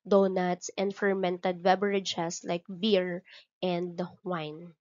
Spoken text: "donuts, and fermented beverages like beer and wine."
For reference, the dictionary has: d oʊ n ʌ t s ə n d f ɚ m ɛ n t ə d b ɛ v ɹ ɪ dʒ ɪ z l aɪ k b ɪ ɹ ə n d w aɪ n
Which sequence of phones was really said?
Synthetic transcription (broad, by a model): d oʊ n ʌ t s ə n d f ɚ m ɛ n t ə d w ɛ b ɹ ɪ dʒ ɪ s l aɪ k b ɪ ɹ ə n d w aɪ n